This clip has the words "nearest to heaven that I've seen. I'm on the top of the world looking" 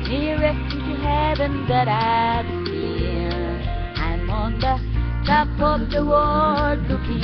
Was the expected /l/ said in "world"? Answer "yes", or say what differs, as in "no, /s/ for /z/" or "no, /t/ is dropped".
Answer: no, /l/ is dropped